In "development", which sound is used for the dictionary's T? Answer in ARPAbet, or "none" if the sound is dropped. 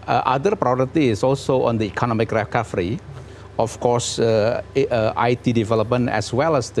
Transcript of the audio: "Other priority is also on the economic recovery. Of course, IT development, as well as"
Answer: none